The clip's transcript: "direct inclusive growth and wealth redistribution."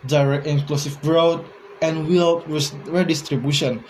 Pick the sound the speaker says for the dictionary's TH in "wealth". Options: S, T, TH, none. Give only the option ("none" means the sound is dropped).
S